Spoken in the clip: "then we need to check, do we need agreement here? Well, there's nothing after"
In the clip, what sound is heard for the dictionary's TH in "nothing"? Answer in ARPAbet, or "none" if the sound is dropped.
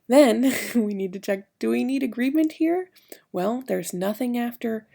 TH